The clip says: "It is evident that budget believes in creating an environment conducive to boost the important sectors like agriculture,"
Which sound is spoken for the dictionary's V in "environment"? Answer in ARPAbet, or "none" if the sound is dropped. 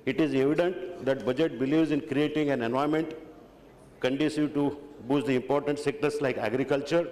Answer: none